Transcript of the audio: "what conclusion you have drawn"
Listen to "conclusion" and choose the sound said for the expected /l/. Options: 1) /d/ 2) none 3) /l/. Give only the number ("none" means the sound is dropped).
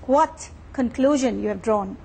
3